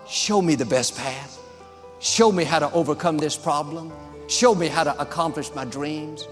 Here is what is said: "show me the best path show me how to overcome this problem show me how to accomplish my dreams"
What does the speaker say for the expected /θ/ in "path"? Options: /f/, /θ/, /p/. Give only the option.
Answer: /θ/